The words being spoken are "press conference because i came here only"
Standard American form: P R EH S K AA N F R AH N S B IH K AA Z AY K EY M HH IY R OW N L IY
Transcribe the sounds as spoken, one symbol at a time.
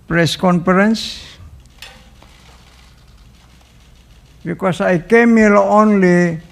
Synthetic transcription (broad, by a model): P R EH S K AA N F R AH N S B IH K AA S AY K EY M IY L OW N L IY